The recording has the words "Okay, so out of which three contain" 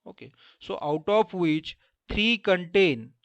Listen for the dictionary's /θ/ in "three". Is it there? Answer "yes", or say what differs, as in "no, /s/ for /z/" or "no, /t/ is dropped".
no, /t/ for /θ/